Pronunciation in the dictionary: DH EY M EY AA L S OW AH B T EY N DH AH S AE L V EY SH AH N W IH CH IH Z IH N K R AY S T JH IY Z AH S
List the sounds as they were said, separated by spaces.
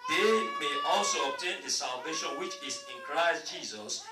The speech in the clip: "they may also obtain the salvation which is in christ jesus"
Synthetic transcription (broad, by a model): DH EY M EY AA L S OW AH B T EY N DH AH S AE L V EY SH AH N W IH CH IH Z IH N K R AY S T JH IY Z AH S